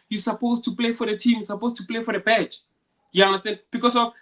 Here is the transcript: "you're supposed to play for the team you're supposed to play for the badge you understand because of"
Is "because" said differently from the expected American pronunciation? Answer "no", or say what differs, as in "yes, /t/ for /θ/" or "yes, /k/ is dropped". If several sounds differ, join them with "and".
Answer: yes, /s/ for /z/